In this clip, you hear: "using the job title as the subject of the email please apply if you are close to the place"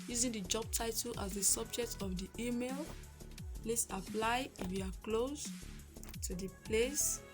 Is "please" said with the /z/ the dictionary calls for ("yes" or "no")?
no